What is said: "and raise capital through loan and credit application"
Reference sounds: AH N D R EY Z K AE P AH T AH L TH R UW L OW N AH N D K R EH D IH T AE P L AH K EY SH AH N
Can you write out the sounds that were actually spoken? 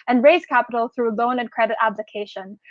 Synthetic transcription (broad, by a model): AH N R EY Z K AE P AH T L TH R UW L OW N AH N K R EH D IH T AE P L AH K EY SH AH N